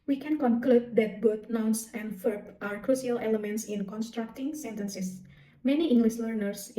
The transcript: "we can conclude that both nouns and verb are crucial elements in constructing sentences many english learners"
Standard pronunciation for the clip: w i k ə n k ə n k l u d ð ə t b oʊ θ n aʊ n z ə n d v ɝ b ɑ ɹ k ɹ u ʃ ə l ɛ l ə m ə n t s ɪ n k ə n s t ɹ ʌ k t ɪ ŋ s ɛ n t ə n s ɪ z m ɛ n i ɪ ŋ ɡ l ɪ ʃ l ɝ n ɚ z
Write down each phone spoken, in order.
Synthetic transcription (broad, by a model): w i k ə n k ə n k l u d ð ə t b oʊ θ n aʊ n s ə n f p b ɑ ɹ k ɹ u s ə l ɛ l ə m ə n t s ɪ n k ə n s t ɹ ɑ k t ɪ ŋ s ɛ n t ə n s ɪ s m ɛ n i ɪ ŋ ɡ l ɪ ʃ l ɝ n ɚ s